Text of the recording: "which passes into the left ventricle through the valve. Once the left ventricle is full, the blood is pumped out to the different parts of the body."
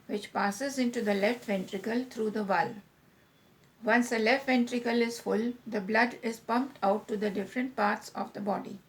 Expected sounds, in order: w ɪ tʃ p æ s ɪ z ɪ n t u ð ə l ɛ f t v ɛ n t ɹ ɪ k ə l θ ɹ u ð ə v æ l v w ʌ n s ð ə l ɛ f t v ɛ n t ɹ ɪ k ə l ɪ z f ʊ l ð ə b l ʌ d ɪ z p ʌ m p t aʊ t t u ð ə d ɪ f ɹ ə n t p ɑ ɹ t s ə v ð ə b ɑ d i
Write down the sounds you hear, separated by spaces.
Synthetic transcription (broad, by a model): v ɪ tʃ p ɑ s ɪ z ɪ n t u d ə l ɛ f t v ɛ n t ɹ ɪ k ə l t ɹ u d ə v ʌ l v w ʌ n s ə l ɛ f t v ɛ n t ɹ ɪ k ə l ɪ z f ʊ l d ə b l ʌ d ɪ z p ʌ m p t aʊ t t u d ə d ɪ f ɹ ə n t p ɑ ɹ t s ə v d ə b ɑ d i